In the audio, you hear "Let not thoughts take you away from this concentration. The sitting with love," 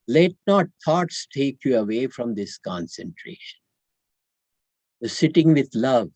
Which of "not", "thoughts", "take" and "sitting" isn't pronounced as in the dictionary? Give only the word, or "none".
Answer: thoughts